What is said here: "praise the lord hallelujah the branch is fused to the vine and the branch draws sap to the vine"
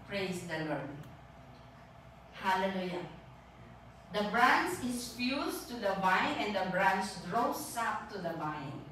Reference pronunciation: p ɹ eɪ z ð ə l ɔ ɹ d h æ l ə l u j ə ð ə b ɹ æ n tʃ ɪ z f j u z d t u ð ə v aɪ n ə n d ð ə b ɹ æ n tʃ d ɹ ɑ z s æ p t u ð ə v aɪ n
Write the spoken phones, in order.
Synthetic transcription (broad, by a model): p ɹ eɪ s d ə l ɔ ɹ d h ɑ l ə l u j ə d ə b ɹ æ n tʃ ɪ s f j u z t u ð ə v aɪ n ə n d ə b ɹ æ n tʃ d ɹ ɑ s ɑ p t u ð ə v aɪ n